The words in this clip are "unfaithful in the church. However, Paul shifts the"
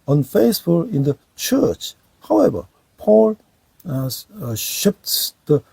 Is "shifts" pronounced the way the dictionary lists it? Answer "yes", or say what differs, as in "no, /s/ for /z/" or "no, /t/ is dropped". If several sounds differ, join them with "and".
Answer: no, /p/ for /f/